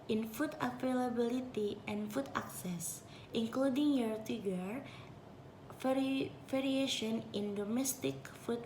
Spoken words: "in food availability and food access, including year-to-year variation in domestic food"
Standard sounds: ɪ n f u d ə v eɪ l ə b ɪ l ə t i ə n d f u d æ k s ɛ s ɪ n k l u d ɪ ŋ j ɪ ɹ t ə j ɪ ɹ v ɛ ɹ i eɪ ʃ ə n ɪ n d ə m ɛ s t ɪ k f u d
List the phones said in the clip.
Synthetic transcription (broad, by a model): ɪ n f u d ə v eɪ l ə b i l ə t i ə n f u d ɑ k s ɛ s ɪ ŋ k l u d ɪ ŋ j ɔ ɹ t ə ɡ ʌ ɹ f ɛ ɹ i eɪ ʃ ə n ɪ n d ə m ɛ s t ɪ k f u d